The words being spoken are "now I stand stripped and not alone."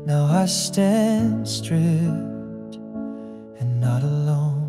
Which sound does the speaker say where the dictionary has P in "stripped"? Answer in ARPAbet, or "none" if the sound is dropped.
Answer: none